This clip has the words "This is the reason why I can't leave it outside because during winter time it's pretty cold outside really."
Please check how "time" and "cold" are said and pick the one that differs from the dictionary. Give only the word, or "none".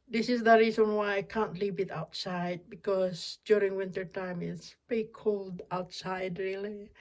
none